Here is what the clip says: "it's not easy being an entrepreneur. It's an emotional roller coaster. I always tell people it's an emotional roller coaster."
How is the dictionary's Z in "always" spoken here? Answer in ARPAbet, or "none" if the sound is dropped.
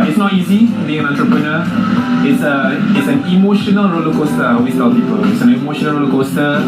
S